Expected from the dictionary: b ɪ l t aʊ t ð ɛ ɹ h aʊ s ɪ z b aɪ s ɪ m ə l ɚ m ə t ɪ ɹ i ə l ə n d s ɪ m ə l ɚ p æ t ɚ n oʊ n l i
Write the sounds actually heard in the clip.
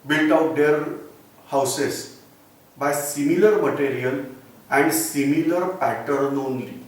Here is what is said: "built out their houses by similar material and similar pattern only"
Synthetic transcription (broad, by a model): b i l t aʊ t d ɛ ɹ h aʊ s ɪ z b aɪ s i m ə l ɚ m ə t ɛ ɹ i ə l ə n d s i m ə l ɚ p æ t ɚ n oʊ n l i